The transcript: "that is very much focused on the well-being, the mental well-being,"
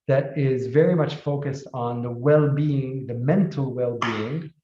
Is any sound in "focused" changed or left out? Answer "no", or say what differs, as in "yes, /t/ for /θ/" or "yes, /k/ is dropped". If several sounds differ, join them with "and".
no